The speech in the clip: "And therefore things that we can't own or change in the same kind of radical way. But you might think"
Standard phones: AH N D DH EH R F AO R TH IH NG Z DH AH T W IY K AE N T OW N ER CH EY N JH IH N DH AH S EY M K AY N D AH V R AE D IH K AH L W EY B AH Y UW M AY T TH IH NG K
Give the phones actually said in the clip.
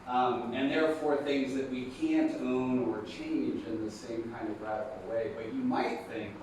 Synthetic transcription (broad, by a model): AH N DH EH R F AO R TH IH NG Z DH AH T W IY K AE N T OW N ER CH EY N JH IH N DH AH S EY M K AY N D AH V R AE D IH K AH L W EY B AH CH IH M AY T TH IH NG K